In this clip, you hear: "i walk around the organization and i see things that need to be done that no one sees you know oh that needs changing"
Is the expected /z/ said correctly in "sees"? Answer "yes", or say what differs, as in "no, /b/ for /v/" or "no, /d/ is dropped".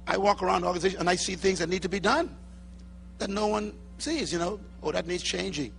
yes